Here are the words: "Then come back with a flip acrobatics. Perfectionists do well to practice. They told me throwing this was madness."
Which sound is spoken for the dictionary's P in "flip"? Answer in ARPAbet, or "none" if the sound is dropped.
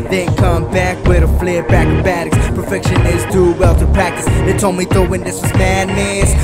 B